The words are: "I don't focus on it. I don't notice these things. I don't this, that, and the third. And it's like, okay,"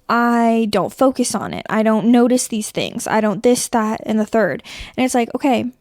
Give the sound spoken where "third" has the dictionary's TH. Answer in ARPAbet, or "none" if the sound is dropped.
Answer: TH